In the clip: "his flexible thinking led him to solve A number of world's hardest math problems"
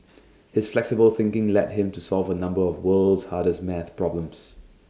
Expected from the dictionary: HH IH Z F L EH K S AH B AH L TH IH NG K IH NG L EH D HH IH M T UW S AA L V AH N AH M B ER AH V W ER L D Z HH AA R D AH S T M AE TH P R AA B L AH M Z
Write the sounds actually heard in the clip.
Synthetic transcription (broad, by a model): HH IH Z F L EH K S AH B AH L TH IH NG K IH NG L EH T HH IH M T UW S AA L V AH N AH M B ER AH V W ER L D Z HH AA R D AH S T M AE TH P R AA B L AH M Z